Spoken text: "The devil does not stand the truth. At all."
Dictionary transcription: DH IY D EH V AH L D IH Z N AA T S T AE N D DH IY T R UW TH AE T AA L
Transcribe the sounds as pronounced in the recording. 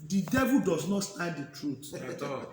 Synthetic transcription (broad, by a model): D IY D EH V AH L D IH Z N AA T S T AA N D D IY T R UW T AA